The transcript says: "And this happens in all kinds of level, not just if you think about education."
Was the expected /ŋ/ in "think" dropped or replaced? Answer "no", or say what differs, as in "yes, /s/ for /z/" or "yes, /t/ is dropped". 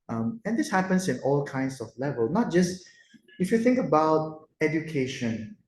no